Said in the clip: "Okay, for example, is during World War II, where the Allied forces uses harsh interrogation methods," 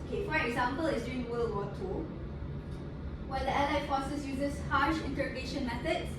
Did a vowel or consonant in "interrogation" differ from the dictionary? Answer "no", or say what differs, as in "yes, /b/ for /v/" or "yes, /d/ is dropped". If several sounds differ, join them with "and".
no